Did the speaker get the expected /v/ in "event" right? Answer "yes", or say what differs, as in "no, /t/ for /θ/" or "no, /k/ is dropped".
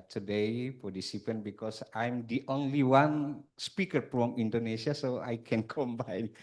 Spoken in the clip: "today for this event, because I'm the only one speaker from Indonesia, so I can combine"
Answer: no, /p/ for /v/